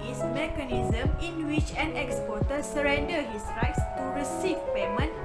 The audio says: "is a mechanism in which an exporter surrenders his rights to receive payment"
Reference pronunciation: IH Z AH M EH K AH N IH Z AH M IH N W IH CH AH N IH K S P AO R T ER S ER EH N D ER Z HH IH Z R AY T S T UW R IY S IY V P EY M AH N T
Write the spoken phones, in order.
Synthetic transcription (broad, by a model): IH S M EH K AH N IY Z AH M IH N W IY CH AH N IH K S P AO T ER S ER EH N D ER HH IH S R AY T S T UW R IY S IY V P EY M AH N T